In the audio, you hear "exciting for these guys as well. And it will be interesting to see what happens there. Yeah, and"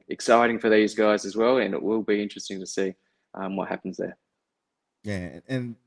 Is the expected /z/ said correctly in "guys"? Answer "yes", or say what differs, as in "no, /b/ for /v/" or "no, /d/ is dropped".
yes